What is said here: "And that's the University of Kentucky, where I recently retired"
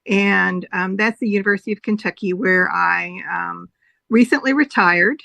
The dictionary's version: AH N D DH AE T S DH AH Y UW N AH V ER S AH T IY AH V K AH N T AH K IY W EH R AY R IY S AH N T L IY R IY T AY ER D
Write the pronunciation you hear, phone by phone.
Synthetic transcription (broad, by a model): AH N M DH AE T S DH AH Y UW N AH V ER S AH T IY AH V K AH N T AH K IY W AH R AY R IY S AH N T L IY R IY T AY ER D